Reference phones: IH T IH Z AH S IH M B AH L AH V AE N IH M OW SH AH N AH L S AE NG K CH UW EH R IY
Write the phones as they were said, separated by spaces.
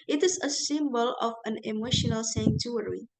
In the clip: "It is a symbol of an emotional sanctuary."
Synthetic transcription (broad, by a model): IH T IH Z AH S IH M B AH L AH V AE N IH M OW SH AH N AH L S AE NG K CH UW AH R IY